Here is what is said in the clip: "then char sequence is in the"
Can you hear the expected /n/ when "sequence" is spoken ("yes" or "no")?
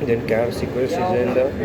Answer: no